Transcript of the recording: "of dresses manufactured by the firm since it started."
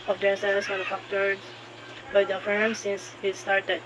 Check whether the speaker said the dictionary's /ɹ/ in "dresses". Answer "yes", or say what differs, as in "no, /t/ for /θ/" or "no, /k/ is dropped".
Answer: no, /ɹ/ is dropped